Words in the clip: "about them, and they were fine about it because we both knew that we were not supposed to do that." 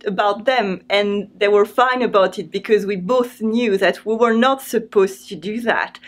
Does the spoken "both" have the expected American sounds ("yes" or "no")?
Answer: yes